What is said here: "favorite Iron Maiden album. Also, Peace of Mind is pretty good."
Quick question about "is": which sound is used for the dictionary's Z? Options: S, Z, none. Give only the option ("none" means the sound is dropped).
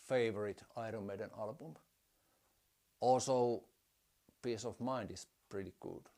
S